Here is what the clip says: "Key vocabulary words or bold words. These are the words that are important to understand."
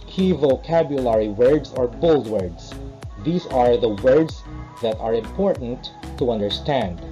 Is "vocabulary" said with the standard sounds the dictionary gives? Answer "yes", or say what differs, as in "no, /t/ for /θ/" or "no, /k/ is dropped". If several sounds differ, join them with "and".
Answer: yes